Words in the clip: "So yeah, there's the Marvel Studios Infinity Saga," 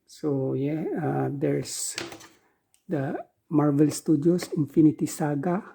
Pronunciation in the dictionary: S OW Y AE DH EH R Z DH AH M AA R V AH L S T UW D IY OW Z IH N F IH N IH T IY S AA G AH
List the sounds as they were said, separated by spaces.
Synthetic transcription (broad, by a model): S OW Y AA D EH R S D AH M AA R V AH L S T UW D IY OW S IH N F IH N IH T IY S AA G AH